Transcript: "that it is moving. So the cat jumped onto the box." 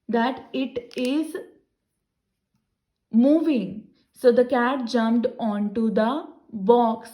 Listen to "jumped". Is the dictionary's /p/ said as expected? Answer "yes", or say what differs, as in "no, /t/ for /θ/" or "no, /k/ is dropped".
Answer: yes